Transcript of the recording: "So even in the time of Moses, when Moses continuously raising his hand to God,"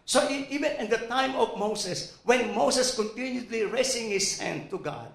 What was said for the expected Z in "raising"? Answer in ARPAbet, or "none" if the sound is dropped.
S